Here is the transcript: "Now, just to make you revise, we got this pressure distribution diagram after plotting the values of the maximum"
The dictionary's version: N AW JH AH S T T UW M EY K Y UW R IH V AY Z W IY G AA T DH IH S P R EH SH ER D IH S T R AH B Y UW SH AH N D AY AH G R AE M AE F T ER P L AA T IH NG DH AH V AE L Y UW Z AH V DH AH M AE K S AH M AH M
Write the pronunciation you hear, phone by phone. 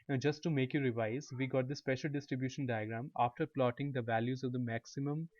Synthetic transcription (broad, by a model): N JH AH S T T UW M EY K Y UW R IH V AY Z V IY G AA T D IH S P EH SH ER D IH S T R AH B Y UW SH AH N D AY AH G R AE M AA F T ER P L AA T IH NG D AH V AE L Y UW Z AH V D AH M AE K S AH M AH M